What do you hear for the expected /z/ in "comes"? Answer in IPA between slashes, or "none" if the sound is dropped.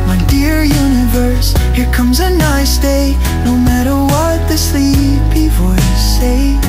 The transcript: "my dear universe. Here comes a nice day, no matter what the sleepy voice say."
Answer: /z/